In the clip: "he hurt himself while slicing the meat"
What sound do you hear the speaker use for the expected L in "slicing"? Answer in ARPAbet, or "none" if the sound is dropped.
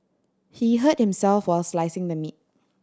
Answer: L